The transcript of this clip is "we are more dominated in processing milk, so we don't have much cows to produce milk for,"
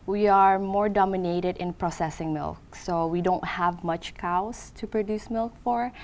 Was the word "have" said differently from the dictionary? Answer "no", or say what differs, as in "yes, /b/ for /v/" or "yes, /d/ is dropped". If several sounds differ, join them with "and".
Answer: no